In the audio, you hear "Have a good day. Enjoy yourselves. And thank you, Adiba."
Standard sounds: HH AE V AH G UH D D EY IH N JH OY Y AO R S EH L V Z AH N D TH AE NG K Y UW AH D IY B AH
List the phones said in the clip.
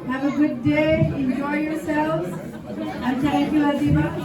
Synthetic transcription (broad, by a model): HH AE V AH G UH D D EY IH N JH OY Y AO R S EH L V Z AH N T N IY K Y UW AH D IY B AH